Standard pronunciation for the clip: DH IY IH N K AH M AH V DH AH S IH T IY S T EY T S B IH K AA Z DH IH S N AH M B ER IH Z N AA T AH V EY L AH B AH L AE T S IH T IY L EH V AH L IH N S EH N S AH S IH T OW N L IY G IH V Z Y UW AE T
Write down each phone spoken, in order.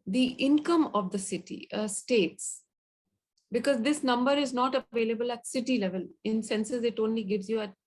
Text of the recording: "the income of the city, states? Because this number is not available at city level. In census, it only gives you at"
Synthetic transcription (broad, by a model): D IY IH N K AH M AH V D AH S IH T IY S T EY T S B IH K AA Z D IH S N AH M B ER IH Z N AA T AH V EY L AH B AH L AE T S IH T IY L EH V AH L IH N S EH N S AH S IH T OW N L IY G IH V Z Y UW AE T